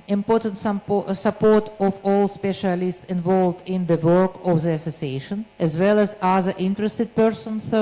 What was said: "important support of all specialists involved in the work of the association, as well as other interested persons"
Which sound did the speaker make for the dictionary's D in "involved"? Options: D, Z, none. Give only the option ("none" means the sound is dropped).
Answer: D